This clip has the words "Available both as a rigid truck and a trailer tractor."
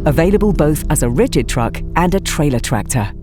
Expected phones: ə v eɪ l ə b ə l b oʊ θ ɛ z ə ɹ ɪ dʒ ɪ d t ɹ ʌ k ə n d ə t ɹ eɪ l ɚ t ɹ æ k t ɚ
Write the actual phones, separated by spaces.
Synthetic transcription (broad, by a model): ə v eɪ l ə b ə l b oʊ θ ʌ z ə ɹ ɪ dʒ ɪ d t ɹ ʌ k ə n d ə t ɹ eɪ l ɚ t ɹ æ k t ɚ